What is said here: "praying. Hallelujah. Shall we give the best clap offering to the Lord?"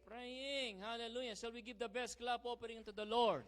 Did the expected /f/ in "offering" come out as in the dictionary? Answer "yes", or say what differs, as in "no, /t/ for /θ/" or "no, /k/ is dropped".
no, /p/ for /f/